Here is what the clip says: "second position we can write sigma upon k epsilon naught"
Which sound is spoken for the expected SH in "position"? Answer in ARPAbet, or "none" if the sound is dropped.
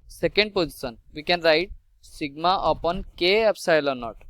S